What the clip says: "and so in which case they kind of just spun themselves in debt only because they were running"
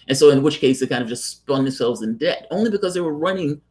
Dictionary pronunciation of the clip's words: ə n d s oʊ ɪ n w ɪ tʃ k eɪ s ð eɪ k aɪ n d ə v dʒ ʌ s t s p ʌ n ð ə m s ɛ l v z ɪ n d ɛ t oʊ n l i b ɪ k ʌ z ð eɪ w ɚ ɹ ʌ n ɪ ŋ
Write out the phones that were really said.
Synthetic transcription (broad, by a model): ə n s oʊ ɪ n w ɪ tʃ k eɪ s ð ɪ k aɪ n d ə v dʒ ʌ s t s p ʌ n ð ə m s ɛ l v z ɪ n d ɛ t oʊ n l i b ɪ k ʌ z ð eɪ w ɚ ɹ ʌ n ɪ ŋ